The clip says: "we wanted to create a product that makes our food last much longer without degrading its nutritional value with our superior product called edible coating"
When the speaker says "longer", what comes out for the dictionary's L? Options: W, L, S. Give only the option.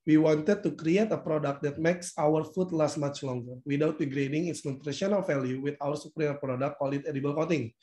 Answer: L